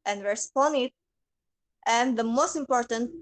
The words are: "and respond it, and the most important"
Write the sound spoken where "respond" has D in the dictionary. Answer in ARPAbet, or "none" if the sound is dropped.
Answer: none